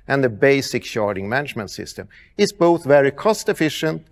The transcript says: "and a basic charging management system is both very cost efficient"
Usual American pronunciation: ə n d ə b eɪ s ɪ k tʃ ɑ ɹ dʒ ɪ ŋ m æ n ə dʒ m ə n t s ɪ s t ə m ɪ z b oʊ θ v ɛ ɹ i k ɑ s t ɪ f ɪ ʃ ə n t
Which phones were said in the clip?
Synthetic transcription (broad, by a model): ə n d ə b eɪ s ɪ k ʃ ɑ ɹ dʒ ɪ ŋ m æ n ə dʒ m ə n t s ɪ s t ə m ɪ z b oʊ θ v ɛ ɹ i k ɑ s t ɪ f ɪ ʃ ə n t